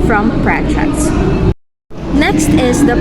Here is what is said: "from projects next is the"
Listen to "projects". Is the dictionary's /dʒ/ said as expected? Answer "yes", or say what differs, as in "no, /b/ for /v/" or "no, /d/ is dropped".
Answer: no, /tʃ/ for /dʒ/